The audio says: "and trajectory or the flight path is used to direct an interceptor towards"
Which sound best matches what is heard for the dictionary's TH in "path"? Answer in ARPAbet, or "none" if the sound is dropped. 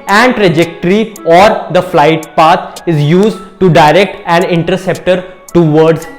T